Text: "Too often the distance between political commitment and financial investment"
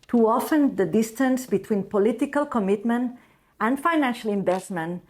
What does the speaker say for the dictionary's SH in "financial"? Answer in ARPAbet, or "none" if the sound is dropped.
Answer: SH